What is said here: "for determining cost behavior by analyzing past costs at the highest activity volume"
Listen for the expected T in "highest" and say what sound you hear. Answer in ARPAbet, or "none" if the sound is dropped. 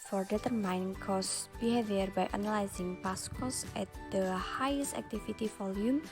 T